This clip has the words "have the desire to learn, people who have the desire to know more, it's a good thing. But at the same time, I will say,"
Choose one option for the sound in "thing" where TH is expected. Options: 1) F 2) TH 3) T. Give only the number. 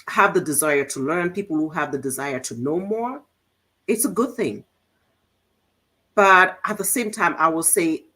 2